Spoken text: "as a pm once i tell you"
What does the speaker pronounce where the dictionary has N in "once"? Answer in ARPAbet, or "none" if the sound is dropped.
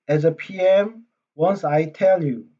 N